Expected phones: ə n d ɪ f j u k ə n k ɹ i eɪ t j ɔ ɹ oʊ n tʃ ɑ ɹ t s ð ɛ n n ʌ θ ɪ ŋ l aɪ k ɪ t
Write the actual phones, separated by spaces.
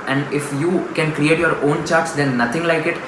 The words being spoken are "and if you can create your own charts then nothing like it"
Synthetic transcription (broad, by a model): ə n d ɪ f j u k ə n k ɹ i eɪ t j ɔ ɹ oʊ n tʃ ɑ ɹ t s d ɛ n n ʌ t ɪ ŋ l aɪ k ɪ t